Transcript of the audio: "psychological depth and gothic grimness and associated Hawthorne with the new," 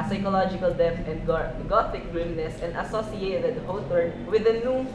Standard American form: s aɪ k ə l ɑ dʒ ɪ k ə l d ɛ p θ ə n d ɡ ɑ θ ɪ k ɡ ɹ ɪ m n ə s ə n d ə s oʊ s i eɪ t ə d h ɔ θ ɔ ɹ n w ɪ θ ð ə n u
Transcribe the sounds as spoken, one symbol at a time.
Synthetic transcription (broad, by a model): s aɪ k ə l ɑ dʒ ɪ k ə l d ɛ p t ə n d ɡ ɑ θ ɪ k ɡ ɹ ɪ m n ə s ə n d ə s oʊ s i eɪ t ə d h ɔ t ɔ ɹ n w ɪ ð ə n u